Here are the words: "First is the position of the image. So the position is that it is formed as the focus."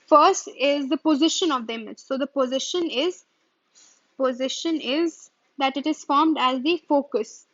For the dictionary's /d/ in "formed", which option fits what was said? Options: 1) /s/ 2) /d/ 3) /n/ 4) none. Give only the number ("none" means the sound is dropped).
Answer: 2